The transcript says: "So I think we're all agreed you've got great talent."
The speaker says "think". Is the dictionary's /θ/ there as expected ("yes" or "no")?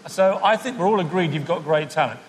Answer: yes